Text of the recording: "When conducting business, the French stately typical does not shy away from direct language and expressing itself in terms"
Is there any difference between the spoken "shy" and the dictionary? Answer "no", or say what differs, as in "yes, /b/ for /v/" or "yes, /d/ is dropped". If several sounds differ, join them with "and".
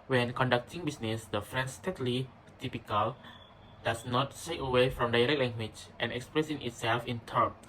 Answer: yes, /s/ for /ʃ/